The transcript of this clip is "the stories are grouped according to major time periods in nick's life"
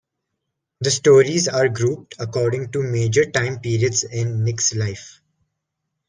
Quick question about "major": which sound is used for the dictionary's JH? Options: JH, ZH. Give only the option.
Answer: JH